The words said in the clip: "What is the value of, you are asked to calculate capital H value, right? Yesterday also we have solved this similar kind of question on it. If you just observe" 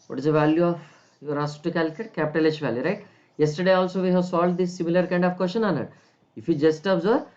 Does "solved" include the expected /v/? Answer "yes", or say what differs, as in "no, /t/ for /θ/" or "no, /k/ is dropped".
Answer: no, /v/ is dropped